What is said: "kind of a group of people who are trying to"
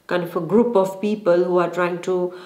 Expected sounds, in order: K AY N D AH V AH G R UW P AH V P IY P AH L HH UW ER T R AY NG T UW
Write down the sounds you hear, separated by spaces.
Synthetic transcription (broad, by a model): K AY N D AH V AH G R UW P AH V P IY P AH L HH UW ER T R AY NG T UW